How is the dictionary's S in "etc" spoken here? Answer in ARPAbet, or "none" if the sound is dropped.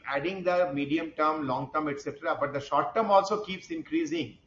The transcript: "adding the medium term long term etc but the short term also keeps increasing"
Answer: S